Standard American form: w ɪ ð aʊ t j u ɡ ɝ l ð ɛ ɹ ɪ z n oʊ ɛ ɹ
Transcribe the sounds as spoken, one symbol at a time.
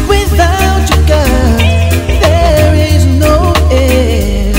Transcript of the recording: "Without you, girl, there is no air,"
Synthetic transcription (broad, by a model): w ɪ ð aʊ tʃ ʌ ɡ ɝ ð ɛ ɹ ɪ z n oʊ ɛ